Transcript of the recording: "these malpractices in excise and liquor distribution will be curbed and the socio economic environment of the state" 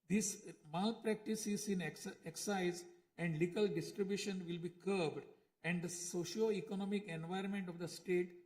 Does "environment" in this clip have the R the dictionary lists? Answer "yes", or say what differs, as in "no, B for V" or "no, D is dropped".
no, R is dropped